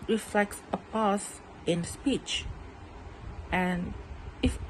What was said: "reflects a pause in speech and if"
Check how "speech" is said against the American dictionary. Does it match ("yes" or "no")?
yes